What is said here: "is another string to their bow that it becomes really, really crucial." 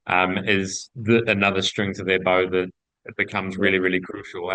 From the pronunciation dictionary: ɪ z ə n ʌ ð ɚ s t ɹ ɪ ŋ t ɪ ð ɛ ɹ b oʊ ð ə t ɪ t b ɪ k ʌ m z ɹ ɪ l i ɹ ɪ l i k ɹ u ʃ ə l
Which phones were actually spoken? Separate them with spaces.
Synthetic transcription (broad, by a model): ɪ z ə n ʌ ð ɚ s t ɹ ɪ ŋ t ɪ ð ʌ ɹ b oʊ ð ə t ɪ t b ɪ k ʌ m z ɹ ɪ l i ɹ ɪ l i k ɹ u ʃ l